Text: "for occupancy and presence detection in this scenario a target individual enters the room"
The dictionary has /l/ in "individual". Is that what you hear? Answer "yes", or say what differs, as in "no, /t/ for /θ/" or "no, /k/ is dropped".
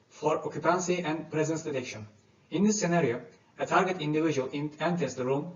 no, /n/ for /l/